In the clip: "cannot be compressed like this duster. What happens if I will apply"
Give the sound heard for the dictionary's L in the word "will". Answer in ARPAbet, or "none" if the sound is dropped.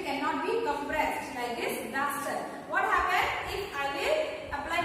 N